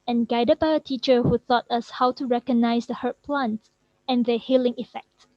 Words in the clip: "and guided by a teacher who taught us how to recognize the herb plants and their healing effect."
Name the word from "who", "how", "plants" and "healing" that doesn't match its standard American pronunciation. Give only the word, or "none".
plants